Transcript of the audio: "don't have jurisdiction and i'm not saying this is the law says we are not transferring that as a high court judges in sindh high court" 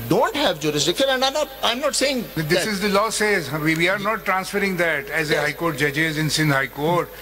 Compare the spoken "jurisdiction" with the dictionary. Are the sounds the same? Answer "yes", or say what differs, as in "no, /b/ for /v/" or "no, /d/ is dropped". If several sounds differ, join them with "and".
no, /l/ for /n/